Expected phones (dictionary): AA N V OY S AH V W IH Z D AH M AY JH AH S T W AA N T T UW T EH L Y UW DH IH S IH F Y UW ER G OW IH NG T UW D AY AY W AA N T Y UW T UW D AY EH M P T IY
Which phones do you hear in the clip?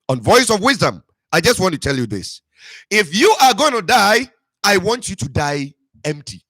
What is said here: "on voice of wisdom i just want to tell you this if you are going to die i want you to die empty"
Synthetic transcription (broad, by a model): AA N V OY S AH V W IH Z D AH M AY JH AH S T W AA N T T UW T EH L Y UW DH IH S IH F Y UW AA G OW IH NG T UW D AY AY W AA N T Y UW T UW D AY EH M P T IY